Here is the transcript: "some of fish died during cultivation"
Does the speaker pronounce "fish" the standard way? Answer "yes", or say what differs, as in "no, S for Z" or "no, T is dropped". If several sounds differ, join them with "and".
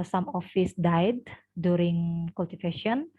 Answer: no, S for SH